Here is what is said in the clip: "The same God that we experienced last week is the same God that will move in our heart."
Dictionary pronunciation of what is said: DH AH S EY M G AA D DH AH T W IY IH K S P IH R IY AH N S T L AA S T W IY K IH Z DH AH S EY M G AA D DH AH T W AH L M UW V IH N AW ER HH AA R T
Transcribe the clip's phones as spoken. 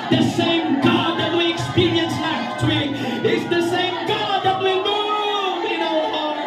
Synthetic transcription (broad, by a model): DH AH S EY M G AA D DH AH T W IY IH K S P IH R IY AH N S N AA T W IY IH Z DH AH S EY M G AA D DH AH T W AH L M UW IH N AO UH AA